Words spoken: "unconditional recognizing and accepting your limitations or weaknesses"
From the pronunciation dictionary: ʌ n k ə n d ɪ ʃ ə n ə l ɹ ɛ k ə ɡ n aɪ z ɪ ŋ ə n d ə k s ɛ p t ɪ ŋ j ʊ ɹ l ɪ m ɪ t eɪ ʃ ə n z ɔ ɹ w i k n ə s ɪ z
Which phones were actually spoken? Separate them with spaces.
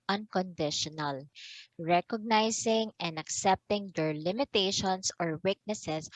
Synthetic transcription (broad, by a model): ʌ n k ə n d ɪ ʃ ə n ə l ɹ ɛ k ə ɡ n aɪ s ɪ ŋ ə n d ə k s ɛ p t ɪ ŋ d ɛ ɹ l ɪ m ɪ t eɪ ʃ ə n s ɔ ɹ w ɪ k n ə s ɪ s